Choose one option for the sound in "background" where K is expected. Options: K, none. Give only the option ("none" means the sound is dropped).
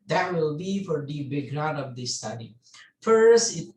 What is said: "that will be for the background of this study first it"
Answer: none